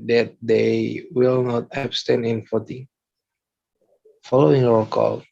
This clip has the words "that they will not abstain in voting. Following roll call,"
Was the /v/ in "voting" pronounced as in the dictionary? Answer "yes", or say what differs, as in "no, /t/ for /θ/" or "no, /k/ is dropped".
no, /f/ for /v/